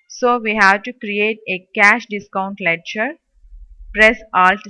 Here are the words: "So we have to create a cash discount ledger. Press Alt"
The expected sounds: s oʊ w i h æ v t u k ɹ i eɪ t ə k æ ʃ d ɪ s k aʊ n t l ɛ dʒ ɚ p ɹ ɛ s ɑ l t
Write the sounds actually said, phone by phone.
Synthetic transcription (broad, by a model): s oʊ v i h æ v t u k ɹ i eɪ t ə k æ ʃ d ɪ s k aʊ n t l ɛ tʃ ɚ p ɹ ɛ s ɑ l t